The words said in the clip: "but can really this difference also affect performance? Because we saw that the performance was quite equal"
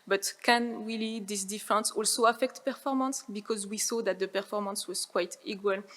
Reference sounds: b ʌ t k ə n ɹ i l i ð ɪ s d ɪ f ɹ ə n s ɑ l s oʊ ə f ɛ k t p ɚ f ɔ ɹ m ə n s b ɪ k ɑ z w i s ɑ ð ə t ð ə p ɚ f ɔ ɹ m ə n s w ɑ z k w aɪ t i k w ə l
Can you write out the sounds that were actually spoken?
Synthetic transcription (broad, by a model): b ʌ t k ə n w i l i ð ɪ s d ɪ f ɹ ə n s ɑ l s oʊ ə f ɛ k t p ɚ f ɔ ɹ m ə n s b ɪ k ɑ z w i s ɑ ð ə t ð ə p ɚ f ɔ ɹ m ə n s w ɑ z k w aɪ t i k w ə l